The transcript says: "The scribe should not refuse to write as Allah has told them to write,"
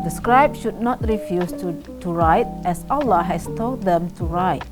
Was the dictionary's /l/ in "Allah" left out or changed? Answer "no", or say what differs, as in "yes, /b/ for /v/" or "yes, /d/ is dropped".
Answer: no